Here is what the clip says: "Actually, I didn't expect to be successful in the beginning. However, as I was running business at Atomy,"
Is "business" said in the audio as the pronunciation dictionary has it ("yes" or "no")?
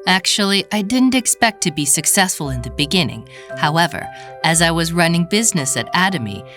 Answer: yes